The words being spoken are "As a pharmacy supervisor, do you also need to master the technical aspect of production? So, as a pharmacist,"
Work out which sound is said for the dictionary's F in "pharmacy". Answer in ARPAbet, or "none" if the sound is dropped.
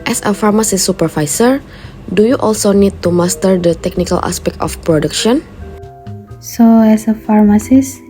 F